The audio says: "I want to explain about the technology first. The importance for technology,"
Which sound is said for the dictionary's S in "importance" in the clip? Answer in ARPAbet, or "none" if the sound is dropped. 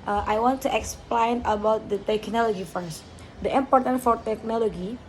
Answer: none